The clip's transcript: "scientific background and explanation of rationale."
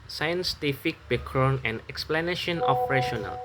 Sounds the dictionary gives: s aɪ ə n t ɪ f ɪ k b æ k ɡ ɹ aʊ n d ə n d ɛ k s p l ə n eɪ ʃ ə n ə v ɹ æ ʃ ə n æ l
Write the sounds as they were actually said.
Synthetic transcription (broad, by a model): s aɪ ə n t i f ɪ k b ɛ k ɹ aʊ n ə n ɛ k s p l ə n eɪ ʃ ə n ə p ɹ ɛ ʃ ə n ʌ l